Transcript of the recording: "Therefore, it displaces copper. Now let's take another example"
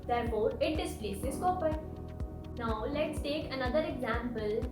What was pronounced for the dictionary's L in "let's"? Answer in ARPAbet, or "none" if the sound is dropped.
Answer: L